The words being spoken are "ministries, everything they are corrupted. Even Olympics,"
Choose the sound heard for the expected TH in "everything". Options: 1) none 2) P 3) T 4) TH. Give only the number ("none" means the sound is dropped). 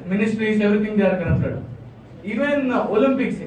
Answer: 3